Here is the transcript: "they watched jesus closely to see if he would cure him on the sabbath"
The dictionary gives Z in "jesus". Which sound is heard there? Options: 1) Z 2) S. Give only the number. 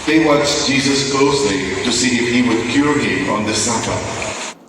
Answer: 1